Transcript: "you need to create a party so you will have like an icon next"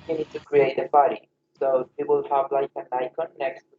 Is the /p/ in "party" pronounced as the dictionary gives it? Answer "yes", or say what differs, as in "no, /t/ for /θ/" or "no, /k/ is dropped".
no, /b/ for /p/